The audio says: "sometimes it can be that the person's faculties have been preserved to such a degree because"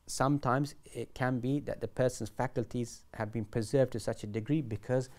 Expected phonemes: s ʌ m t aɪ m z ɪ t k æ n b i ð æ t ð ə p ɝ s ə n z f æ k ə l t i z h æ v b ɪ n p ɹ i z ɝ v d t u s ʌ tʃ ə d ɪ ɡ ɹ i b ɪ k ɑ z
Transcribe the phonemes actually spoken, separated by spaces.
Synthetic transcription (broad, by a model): s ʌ m t aɪ m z ɪ t k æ n b i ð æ t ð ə p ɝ s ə n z f æ k ə l t i z h æ v b ɪ n p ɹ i z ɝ v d t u s ʌ tʃ ə d ɪ ɡ ɹ i b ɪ k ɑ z